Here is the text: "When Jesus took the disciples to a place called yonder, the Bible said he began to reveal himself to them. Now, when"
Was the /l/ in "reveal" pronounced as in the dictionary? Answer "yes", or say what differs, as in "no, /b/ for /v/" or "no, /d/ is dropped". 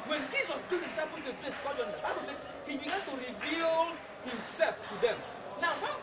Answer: yes